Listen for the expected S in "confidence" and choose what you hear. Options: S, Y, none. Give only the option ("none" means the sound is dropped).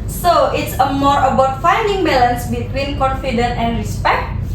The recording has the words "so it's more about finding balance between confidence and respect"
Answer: none